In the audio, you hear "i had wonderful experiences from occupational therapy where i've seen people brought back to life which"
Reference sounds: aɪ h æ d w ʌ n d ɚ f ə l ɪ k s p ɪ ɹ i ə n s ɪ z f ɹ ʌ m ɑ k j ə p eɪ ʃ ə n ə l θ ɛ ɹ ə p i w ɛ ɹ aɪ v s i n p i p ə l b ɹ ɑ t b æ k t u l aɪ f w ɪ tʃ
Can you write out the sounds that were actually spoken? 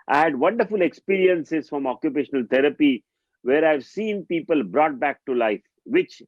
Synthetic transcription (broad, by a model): aɪ h æ d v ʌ n d ɚ f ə l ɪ k s p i ɹ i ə n s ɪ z f ɹ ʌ m ɑ k j ə p eɪ ʃ ə n ə l t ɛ ɹ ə p i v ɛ ɹ aɪ v s i n p i p ə l b ɹ ɑ t b æ k t u l aɪ f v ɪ tʃ